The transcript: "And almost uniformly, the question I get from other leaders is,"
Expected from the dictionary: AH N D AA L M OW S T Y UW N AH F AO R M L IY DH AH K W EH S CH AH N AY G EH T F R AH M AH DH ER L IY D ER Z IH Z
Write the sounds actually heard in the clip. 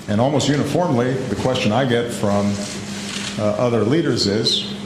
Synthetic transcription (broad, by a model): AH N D AA L M OW S T Y UW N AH F AO R M L IY DH AH K W EH S CH AH N AY G EH T F R AH M AH DH ER L IY D ER Z IH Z